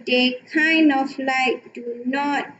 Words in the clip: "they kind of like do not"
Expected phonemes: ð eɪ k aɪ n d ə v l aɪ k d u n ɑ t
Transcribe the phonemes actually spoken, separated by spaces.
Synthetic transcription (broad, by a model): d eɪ k aɪ n d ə f l aɪ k d u n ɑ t